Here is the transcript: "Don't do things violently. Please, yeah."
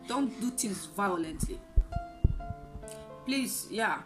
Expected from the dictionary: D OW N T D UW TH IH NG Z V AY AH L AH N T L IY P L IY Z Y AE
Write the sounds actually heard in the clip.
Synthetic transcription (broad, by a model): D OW N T D UW T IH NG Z V AY AH L AH N T L IY P L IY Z Y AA